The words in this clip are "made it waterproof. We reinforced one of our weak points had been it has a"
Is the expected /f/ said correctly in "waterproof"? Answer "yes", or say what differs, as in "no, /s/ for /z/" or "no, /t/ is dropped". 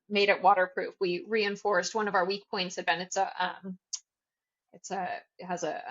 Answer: yes